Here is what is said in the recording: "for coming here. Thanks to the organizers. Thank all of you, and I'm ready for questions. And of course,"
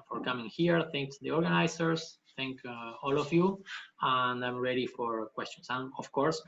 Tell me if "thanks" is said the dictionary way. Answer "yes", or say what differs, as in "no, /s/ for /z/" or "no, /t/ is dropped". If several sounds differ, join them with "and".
no, /s/ is dropped